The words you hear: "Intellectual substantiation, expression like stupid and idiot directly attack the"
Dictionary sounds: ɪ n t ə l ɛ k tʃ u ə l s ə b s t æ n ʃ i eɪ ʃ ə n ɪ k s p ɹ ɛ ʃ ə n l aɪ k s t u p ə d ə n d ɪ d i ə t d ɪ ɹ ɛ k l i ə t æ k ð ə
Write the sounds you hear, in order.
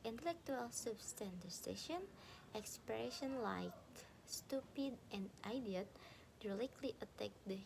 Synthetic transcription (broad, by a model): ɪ n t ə l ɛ k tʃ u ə l s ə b s t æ n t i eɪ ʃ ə n ɪ k s p ɹ ɛ ʃ ə n l aɪ k s t u p ə d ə n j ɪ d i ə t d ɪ l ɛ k l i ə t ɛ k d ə